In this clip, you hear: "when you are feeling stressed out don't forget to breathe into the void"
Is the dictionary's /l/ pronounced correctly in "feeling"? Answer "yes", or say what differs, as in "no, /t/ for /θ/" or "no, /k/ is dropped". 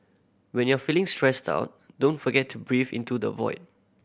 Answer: yes